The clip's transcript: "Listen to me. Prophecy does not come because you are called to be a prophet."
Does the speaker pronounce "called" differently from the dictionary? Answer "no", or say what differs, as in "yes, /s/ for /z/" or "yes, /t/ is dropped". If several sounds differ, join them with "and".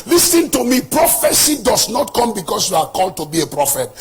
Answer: no